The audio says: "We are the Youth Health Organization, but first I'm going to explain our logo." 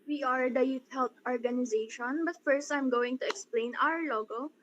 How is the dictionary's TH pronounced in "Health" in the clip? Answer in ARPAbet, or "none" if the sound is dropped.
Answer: T